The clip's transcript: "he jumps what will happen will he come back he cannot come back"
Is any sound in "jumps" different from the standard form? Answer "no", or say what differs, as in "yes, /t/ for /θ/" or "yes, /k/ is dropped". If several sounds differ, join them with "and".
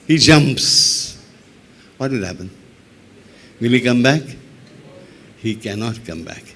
no